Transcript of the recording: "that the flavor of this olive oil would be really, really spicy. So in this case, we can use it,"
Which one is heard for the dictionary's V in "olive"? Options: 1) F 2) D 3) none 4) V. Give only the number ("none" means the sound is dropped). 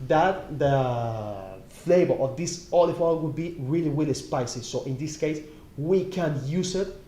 1